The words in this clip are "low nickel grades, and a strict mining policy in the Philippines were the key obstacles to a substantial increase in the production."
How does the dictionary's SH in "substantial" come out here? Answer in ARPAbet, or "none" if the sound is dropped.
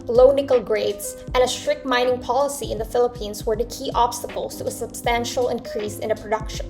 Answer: SH